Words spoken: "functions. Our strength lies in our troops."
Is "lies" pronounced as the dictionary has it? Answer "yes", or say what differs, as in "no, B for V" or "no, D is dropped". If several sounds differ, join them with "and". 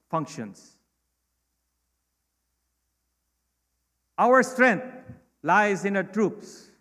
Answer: yes